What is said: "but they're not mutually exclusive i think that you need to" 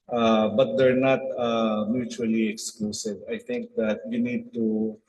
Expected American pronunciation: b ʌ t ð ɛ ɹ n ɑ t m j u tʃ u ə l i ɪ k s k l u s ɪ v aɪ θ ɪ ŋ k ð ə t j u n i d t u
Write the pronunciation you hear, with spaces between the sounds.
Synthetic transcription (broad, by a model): b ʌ t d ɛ ɹ n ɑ t m j u tʃ u ə l i ɪ k s k l u s ɪ v aɪ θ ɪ ŋ k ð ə t j u n i d t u